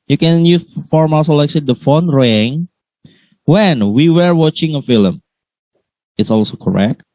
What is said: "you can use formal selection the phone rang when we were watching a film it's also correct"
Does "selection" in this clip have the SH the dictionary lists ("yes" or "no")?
no